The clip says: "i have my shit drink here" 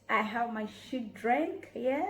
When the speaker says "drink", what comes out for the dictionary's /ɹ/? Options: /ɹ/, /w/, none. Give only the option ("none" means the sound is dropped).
/ɹ/